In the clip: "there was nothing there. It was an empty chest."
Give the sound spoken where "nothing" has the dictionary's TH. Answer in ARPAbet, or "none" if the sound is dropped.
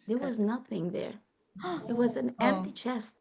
TH